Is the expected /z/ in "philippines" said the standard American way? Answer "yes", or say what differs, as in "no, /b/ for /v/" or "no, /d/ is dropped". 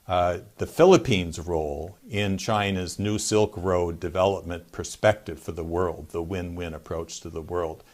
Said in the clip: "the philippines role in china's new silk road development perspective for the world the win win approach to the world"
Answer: yes